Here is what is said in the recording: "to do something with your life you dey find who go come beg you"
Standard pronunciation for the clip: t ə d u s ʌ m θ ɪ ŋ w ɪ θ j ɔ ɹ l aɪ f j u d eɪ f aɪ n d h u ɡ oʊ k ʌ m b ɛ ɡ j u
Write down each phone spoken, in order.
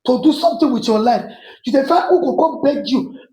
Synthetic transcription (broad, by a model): t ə d u s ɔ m t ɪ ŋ w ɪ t j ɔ l aɪ f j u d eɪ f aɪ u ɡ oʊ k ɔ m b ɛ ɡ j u